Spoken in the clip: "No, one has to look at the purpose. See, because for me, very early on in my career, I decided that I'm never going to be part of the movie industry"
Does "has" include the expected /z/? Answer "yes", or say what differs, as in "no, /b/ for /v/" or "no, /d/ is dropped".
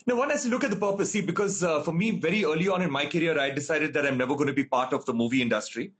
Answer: no, /s/ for /z/